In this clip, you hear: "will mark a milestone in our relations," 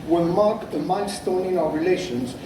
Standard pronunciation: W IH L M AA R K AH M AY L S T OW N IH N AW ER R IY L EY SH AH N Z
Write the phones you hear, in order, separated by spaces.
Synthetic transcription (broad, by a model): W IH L M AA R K AH M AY N S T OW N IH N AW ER R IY L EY SH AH N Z